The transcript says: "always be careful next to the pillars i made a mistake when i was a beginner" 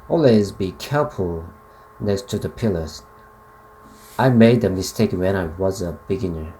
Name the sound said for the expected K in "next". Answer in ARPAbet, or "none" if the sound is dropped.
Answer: K